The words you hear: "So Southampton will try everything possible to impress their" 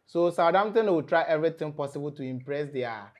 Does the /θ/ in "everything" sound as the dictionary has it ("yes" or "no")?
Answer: no